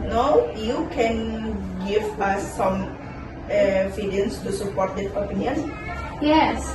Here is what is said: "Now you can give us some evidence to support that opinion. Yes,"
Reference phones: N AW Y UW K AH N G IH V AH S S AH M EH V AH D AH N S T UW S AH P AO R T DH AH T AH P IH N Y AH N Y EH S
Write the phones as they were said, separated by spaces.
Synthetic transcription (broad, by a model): N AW Y UW K AH N G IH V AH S S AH M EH F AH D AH N S T UW S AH P AO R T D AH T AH P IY N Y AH N Y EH S